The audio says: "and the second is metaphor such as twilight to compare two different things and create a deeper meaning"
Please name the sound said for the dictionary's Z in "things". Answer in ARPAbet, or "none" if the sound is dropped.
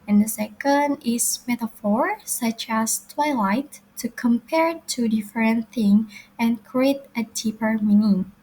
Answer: none